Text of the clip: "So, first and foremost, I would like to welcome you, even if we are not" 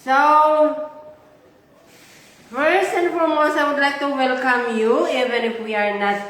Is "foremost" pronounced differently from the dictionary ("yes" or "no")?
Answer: yes